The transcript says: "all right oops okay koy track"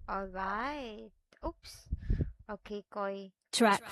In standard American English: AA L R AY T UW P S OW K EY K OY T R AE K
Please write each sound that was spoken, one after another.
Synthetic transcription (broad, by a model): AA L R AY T UW P S OW K EY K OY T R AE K